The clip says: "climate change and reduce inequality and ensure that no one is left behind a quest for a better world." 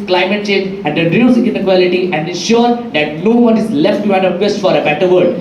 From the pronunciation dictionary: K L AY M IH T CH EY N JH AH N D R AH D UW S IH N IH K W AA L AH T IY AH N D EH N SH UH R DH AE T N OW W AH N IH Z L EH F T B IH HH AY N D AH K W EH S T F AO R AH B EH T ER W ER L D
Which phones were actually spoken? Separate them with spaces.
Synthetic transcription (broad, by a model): K L AY M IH T CH EY N JH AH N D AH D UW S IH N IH K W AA L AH T IY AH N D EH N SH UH R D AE T N OW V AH N IH Z L EH F T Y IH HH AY D AH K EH S T F AO R AH B EH T ER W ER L D